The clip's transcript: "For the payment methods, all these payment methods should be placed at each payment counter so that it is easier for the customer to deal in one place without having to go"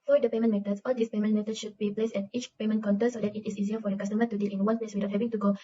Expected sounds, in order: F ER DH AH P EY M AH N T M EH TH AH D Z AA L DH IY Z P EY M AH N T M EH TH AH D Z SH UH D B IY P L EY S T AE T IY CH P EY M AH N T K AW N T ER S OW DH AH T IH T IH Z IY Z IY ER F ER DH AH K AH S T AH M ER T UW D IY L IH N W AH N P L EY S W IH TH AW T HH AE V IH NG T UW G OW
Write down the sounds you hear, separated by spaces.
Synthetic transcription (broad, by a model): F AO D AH P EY M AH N M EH T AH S AA L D IY S P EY M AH N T M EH T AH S SH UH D B IY P L EY S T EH T IY CH P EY M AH N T K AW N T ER S OW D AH T IH T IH S IY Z IY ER F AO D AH K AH S T AH M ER T UW D IY L IH N W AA N P L EY S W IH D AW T HH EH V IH NG T UW G OW